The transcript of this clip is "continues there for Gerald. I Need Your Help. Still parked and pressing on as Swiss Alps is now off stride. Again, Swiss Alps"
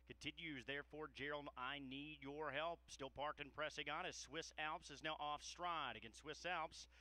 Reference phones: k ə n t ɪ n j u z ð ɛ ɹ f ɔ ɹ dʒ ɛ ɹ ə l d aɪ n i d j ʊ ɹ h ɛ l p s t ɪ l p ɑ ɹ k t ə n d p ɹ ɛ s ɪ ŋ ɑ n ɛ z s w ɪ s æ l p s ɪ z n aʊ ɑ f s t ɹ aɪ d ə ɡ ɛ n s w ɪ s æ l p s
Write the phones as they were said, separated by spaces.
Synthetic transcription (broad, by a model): k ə n t ɪ n j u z ð ɛ ɹ f ɔ ɹ dʒ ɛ ɹ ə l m aɪ n i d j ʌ ɹ h ɛ l p s t ɪ l p ɑ ɹ k t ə n p ɹ ɛ s ɪ ŋ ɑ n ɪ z s w ɪ s æ l p s ɪ z n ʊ ɑ f s t ɹ aɪ d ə ɡ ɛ n s w ɪ s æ l p s